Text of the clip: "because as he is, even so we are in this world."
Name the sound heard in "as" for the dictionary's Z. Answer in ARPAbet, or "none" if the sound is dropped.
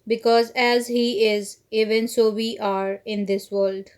Z